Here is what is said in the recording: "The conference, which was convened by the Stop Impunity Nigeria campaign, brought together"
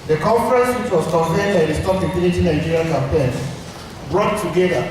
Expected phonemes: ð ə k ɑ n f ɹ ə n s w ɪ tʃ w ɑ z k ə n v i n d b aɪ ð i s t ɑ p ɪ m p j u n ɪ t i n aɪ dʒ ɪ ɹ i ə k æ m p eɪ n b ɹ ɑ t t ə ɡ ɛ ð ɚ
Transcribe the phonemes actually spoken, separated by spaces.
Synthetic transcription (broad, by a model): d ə k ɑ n f ɹ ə n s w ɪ tʃ w ɑ s k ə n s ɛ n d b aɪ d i s t ɑ p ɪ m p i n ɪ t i n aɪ dʒ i ɹ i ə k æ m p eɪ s b ɹ ɑ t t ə ɡ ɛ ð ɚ